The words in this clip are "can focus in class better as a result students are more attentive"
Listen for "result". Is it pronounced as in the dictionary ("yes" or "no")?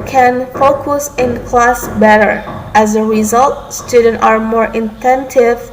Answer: yes